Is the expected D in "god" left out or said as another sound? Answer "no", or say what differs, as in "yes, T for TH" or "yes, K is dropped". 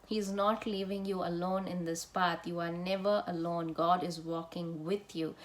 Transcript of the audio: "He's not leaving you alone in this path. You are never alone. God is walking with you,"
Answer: no